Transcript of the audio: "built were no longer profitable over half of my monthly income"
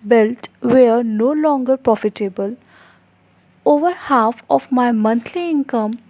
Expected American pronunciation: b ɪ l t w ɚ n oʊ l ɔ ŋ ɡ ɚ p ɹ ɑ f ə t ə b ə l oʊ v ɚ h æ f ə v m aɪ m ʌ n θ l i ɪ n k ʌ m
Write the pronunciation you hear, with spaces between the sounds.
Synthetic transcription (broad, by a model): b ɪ l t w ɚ n oʊ l ɔ ŋ ɡ ɚ p ɹ ɑ f ə t ə b ə l oʊ v ɚ h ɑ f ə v m aɪ m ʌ n t l i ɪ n k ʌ m